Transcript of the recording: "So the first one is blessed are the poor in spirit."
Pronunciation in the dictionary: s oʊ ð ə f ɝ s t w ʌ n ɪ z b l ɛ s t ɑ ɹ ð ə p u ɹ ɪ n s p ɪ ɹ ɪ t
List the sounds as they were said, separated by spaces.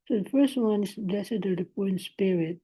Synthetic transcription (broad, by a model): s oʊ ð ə f ɝ s t w ʌ n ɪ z b l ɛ s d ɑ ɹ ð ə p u ɪ n s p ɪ ɹ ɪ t